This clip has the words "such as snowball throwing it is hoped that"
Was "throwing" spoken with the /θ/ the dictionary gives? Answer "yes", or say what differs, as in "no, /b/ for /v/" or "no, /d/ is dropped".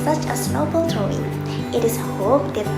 no, /t/ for /θ/